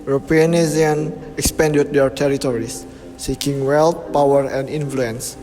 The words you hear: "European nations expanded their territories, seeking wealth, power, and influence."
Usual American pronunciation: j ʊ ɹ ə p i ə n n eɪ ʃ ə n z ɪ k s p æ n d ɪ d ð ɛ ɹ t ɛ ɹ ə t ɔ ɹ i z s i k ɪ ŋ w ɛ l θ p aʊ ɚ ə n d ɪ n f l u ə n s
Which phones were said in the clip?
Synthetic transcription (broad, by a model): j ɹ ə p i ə n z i ə n ɪ k s p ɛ n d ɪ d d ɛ ɹ t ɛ ɹ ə t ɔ ɹ i s i k ɪ ŋ w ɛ l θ p aʊ ɚ ə n d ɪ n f l u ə n s